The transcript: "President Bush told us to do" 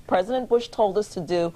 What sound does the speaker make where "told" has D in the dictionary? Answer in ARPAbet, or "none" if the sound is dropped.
D